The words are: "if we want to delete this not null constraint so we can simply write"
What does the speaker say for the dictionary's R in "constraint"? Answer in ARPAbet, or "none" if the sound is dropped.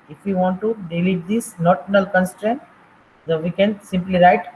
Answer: R